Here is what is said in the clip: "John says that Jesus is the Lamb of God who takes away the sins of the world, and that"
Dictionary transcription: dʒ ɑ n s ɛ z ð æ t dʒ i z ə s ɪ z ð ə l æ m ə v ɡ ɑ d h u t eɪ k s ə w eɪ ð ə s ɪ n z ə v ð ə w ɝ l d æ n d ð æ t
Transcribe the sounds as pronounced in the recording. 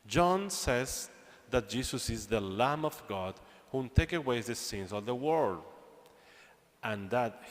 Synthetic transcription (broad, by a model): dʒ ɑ n s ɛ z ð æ t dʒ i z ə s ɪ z ð ə l æ m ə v ɡ ɑ d h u t eɪ k ə w eɪ ð ə s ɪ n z ə v ð ə w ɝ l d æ n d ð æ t